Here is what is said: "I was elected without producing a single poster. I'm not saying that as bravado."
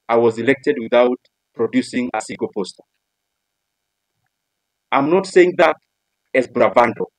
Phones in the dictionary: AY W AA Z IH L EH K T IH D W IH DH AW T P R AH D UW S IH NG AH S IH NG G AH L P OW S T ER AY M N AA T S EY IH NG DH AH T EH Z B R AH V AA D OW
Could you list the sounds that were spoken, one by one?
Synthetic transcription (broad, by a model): AY W AA Z IH L EH K T IH D W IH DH AW T P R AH D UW S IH NG AH S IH G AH P OW S T ER AY M N AA T S EY IH NG DH AH T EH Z B R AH V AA D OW